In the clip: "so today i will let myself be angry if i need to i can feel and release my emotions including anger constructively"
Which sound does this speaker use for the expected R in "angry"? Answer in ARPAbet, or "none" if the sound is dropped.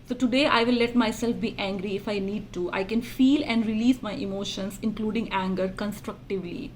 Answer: R